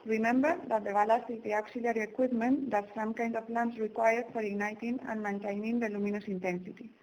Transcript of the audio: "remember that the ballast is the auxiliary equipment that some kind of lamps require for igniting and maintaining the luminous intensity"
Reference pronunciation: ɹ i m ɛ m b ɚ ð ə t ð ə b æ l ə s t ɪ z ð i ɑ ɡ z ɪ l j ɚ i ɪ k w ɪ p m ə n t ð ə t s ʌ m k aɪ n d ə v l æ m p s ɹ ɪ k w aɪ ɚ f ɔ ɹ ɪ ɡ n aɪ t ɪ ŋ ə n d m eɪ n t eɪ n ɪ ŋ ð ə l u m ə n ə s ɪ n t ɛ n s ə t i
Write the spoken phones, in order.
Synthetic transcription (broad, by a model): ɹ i m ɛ m b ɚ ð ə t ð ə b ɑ l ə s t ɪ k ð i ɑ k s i l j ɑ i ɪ k w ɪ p m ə n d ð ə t s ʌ m k aɪ n d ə p l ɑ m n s ɹ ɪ k w aɪ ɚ f ɔ ɹ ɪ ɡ n aɪ t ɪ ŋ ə n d m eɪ n t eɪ n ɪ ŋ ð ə l u m ə n ə s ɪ n t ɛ n s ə t i